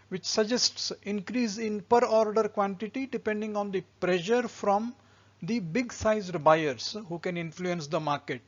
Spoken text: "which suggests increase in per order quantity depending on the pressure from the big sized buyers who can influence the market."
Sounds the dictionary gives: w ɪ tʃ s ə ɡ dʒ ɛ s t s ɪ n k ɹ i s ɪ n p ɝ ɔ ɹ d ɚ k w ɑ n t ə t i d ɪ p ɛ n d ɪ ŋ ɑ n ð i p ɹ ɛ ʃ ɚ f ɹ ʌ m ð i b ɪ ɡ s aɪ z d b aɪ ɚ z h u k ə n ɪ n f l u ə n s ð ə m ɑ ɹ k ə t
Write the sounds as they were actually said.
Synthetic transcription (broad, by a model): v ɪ tʃ s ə dʒ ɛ s t s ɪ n k ɹ i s ɪ n p ɝ ɔ ɹ d ɚ k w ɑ n t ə t i d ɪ p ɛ n d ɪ ŋ ɑ n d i p ɹ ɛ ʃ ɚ f ɹ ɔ m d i b ɪ ɡ s aɪ z d b aɪ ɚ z h u k ə n ɪ n f l u ə n s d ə m ɑ ɹ k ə t